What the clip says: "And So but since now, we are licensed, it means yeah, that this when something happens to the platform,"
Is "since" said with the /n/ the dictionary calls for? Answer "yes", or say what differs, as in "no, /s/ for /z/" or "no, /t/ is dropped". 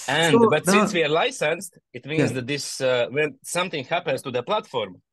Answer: yes